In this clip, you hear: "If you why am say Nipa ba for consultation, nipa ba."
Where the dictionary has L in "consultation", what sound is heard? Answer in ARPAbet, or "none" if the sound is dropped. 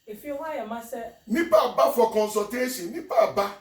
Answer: none